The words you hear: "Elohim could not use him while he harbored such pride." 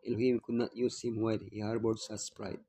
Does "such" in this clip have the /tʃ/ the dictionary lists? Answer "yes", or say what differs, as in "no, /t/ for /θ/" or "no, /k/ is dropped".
no, /s/ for /tʃ/